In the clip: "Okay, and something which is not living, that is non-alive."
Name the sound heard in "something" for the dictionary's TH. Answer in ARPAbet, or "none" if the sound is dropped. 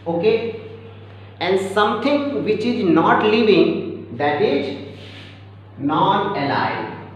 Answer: T